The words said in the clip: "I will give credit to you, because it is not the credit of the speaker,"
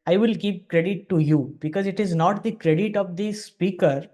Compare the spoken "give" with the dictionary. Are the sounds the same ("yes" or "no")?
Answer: no